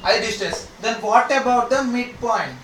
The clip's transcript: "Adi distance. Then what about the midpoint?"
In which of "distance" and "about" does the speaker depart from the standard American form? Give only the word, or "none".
distance